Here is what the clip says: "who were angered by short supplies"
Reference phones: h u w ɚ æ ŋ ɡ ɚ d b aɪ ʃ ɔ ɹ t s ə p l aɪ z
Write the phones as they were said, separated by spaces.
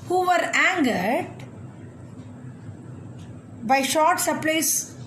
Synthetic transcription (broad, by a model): h u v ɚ æ ŋ ɡ ɚ d b aɪ ʃ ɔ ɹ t s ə p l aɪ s